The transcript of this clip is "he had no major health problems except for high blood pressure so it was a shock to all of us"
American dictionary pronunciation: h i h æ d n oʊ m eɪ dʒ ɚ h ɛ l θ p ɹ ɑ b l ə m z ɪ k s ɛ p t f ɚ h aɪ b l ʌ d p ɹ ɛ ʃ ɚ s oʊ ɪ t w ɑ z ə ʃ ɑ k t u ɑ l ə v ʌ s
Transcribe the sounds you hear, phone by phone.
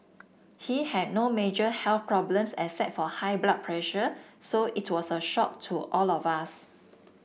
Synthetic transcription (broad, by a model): h i h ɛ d n oʊ m eɪ dʒ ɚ h ɛ l θ p ɹ ɑ b l ə m s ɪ s ɛ t f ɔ h aɪ b l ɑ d p ɹ ɛ ʃ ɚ s oʊ ɪ t w ɑ s ə ʃ ɑ k t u ɑ l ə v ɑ s